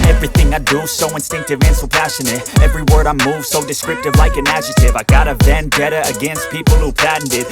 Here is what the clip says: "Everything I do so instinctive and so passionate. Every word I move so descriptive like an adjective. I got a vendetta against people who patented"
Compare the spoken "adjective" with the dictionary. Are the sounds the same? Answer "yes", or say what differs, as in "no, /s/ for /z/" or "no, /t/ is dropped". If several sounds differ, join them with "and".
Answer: no, /k/ is dropped